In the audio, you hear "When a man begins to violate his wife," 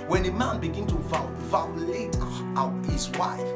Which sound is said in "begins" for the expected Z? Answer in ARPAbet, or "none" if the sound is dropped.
none